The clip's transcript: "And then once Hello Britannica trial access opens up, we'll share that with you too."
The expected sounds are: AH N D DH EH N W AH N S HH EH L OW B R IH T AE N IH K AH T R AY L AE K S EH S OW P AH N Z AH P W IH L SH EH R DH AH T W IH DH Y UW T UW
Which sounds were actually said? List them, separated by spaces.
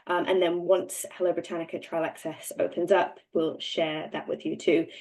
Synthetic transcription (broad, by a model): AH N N DH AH N W AH N S HH EH L OW B R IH T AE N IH K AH T R AY L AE K S EH S OW P AH N Z AH P W IH L SH EH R DH AH T W IH DH Y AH T UW